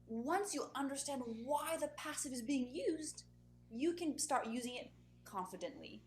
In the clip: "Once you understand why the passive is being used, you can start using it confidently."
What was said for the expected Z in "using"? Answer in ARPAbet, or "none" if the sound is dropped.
Z